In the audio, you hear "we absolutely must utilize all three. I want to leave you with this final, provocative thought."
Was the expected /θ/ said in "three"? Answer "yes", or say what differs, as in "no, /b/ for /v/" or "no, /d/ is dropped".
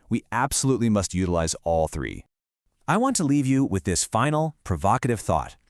yes